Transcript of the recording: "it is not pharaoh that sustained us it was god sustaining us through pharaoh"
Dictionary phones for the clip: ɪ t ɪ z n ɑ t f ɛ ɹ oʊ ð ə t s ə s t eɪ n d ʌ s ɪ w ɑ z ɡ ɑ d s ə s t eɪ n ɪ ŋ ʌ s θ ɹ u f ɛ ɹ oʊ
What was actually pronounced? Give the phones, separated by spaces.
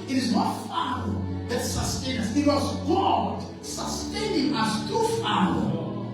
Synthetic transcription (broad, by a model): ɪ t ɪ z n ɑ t f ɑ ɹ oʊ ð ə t s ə s t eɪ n ʌ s ɪ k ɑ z ɡ ɑ d s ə s t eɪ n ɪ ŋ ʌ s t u f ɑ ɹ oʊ